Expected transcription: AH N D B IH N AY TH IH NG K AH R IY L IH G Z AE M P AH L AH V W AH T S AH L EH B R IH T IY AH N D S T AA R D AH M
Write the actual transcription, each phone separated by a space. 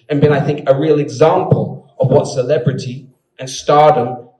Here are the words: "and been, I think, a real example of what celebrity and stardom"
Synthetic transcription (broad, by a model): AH N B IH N AY TH IH NG K AH R IY L IH G Z AE M P AH L AH V W AH T S AH L EH B R IH T IY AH N S T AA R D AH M